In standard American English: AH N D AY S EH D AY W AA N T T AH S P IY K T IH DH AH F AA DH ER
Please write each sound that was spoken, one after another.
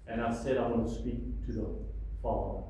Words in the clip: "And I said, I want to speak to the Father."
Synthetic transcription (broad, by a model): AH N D AY S EH D AY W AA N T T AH S P IY K T IH DH AH F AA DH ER